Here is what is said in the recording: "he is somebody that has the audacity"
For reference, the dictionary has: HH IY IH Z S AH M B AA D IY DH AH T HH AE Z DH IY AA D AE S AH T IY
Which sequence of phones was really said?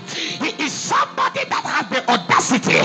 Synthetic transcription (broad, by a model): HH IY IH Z S AH M B AA D IY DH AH T HH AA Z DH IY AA D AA S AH T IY